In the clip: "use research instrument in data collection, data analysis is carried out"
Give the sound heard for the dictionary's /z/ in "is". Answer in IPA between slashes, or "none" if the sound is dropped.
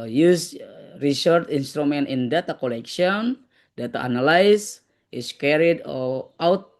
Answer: /s/